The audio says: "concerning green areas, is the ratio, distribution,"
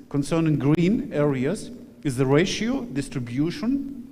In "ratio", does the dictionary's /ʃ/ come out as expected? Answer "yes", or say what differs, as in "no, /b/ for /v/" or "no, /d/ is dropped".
yes